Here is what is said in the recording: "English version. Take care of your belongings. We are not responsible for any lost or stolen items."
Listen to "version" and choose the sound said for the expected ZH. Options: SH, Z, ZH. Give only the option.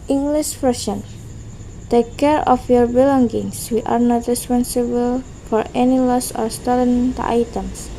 SH